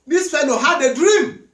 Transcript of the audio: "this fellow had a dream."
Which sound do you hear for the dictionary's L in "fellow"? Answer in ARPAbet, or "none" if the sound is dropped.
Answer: N